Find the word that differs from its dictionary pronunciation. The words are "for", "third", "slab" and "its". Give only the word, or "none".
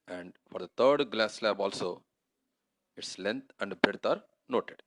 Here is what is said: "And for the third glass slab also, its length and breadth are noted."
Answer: third